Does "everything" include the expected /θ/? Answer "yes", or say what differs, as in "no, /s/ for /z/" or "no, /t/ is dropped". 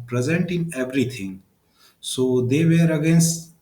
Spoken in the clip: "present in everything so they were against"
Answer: no, /t/ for /θ/